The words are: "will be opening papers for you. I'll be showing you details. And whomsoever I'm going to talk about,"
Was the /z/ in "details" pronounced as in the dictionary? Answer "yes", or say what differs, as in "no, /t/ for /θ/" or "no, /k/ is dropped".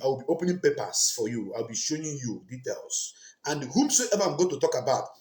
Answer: no, /s/ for /z/